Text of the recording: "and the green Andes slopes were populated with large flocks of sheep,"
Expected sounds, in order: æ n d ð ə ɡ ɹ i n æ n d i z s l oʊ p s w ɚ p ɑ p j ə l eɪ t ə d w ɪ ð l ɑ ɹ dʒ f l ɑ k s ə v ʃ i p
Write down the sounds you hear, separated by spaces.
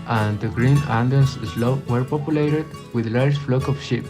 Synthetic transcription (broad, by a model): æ n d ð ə ɡ ɹ i n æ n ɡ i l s l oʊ w ɚ p ɑ p j ə l eɪ t ə d w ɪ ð l ɑ ɹ dʒ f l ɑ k ə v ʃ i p